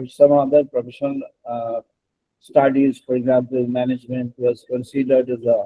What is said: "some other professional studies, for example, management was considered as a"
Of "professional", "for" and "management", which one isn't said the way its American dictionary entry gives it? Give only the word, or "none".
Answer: professional